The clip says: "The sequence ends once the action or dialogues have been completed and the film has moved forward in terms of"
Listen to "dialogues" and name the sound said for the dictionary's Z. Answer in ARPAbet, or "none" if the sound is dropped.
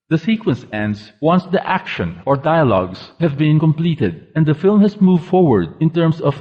S